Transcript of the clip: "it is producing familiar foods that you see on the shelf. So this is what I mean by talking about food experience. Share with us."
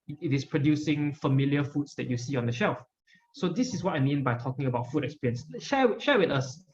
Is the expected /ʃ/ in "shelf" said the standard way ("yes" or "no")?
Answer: yes